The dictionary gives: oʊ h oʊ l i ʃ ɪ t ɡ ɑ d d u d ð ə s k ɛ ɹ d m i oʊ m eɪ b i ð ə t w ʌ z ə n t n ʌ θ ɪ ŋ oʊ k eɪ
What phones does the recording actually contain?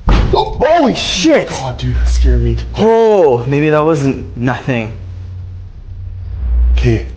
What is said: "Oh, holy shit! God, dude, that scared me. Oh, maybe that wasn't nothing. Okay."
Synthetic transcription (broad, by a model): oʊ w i ʃ ɪ t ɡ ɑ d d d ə s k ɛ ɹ m i oʊ m eɪ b i ð ə t w ʌ z ə n t n ʌ θ ɪ ŋ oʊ k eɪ